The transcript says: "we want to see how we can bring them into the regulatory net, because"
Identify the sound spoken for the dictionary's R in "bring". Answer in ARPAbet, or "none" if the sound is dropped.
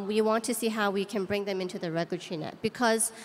R